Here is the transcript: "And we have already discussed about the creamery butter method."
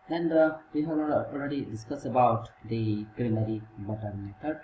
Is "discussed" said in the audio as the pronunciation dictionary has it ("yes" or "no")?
no